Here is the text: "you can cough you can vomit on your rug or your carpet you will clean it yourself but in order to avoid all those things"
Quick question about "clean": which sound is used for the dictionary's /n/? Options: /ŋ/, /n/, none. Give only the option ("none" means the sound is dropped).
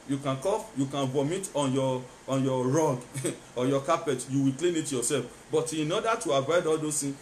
/n/